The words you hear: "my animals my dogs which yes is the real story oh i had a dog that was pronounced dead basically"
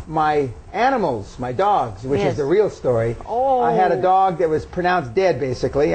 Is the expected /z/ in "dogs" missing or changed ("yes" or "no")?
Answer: no